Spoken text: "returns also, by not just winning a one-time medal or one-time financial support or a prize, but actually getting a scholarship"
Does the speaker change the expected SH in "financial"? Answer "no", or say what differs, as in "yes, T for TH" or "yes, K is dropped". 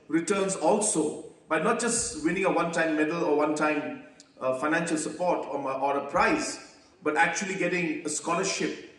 no